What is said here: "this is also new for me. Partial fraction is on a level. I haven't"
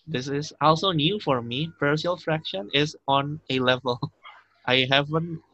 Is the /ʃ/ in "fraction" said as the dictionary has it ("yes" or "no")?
yes